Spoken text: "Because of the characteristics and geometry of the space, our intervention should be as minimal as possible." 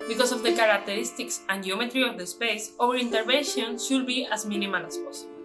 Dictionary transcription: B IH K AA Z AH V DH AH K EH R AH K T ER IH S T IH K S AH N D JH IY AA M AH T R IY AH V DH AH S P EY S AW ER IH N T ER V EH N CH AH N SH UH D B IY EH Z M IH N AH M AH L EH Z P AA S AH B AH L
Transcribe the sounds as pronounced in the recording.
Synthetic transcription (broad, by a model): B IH K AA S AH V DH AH K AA R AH K T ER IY S T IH K S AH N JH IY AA M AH T R IY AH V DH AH S P EY S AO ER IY N T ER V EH N SH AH N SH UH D B IY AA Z M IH N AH M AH N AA S P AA S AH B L